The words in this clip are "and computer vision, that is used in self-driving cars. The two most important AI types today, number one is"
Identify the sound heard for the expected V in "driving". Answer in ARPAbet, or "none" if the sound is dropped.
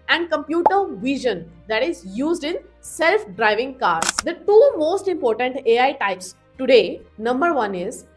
V